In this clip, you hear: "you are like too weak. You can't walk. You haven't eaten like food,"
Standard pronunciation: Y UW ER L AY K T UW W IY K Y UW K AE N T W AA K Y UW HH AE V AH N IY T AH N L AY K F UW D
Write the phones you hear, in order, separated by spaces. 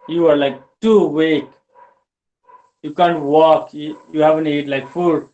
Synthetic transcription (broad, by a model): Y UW ER L AY K T UW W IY K Y UW K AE N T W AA K Y UW HH AE V AH N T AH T L AY K F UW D